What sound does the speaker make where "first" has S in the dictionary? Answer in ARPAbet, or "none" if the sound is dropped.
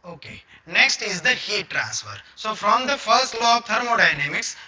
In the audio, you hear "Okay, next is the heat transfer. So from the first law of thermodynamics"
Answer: S